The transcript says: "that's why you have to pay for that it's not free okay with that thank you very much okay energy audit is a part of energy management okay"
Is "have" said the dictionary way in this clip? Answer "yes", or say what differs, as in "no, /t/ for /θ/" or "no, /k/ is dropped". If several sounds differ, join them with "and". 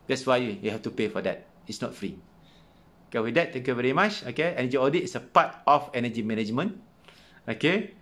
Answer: no, /f/ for /v/